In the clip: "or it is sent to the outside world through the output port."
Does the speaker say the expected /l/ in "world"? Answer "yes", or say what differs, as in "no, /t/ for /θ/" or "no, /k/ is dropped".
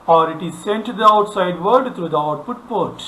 no, /l/ is dropped